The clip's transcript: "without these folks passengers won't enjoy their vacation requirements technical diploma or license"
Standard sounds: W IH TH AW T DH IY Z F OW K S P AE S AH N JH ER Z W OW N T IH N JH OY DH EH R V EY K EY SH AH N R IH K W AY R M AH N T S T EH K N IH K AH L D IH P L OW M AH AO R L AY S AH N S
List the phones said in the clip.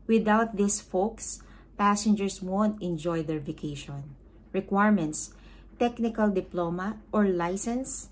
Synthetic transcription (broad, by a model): W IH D AW T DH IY S F OW K S P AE S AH N JH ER S W OW N T IH N JH OY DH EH R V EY K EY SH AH N R IH K W AY R M AH N T S T EH K N IH K AH L D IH P L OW M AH AO R L AY S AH N S